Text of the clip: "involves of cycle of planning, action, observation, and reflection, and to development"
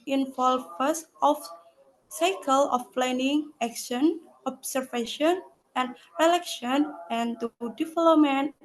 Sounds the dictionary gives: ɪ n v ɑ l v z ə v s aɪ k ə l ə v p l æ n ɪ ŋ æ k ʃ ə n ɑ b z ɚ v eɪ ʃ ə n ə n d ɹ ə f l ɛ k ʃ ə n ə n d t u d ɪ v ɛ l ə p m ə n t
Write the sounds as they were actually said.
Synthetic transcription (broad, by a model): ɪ n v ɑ l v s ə f s aɪ k ə l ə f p l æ n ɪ ŋ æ k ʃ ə n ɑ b s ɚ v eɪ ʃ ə n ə n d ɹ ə l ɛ k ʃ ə n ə n t u d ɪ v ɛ l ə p m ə n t